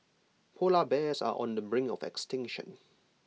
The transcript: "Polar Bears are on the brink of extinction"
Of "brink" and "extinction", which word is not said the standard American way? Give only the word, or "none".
brink